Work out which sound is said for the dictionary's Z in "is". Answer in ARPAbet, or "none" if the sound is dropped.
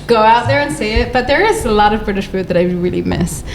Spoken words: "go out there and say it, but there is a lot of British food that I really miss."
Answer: Z